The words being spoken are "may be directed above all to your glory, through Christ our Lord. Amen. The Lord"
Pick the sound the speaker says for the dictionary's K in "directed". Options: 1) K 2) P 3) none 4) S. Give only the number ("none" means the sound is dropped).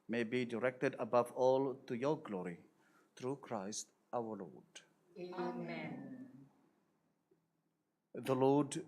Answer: 1